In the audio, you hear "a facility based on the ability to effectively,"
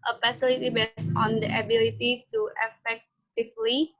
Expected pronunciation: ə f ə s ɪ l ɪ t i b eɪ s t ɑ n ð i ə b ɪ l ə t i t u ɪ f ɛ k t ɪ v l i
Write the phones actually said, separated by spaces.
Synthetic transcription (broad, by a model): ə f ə s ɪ l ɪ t i b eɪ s ɑ n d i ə b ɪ l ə t i t u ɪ f ɛ k t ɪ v l i